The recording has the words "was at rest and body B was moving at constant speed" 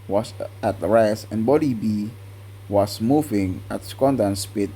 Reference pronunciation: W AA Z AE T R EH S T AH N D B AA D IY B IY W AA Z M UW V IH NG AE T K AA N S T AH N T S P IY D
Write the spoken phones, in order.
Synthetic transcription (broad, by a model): W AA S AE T R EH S AH N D B AA D IY B IY W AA S M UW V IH NG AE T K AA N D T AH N S P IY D